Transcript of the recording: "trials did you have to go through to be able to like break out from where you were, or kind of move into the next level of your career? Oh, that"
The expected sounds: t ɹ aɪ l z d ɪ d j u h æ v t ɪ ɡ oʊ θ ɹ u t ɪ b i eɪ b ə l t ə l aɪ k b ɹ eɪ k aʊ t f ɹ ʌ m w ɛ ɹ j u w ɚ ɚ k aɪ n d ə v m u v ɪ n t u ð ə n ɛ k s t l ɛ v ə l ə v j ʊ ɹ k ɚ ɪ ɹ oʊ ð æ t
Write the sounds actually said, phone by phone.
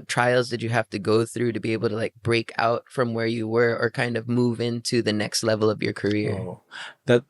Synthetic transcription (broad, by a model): t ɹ aɪ l z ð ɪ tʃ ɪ h æ f t ɪ ɡ oʊ θ ɹ u t ɪ b i eɪ b l t ə l aɪ k b ɹ eɪ k aʊ t f ɹ ʌ m w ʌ ɹ j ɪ w ɚ ɚ k aɪ n d ə v m u v ɪ n t u ð ə n ɛ k s t l ɛ v l ə v j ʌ ɹ k ɚ ɪ ɹ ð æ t